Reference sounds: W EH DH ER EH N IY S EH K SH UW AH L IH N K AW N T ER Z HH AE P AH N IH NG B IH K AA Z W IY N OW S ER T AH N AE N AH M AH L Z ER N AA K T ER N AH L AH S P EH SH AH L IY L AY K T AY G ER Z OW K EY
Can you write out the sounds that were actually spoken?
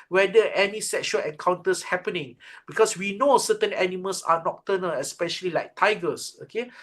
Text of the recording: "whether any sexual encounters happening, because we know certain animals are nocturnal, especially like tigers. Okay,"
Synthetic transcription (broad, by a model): W EH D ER EH N IY S EH K SH UW AH L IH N K AW N T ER S HH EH P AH N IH NG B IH K AA S W IY N OW S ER T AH N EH N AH M AH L S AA N AA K T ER N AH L AH S P EH SH AH L IY L AY K T AY G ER S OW K EY